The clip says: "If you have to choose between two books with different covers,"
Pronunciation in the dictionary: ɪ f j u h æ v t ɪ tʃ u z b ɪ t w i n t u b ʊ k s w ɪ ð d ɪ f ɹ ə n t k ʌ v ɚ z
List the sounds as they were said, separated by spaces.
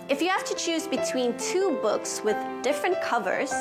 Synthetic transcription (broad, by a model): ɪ f j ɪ h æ f t ɪ tʃ u z b ɪ t w i n t u b ʊ k s w ɪ ð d ɪ f ɹ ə n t k ʌ v ɚ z